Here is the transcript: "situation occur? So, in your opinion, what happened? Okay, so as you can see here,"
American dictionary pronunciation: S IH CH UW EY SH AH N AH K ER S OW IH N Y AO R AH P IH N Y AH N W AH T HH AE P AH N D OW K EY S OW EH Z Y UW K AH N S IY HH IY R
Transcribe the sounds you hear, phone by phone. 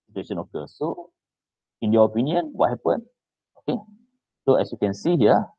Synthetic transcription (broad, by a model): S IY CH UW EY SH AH N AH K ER S OW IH N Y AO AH P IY N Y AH N W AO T HH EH P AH N OW K EY S OW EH S Y UW K AH N S IY HH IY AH